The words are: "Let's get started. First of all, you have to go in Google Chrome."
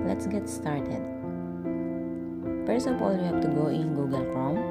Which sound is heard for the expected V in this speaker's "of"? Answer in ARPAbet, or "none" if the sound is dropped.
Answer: P